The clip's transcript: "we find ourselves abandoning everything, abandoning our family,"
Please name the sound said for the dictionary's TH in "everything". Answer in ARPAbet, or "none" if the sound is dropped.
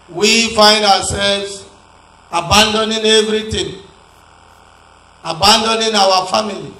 T